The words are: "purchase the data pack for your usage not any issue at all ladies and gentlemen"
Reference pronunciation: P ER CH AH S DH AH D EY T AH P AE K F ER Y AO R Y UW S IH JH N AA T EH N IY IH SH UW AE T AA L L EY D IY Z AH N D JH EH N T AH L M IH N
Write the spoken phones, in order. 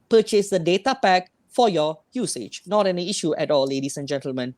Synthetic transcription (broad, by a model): P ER CH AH S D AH D EY T AH P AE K F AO Y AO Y UW S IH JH N AA T EH N IY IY SH UW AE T AA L L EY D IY S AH N JH EH N T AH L M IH N